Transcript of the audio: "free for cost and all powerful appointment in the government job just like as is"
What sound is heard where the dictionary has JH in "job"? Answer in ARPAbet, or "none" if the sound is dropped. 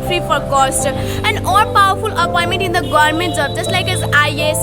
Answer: Z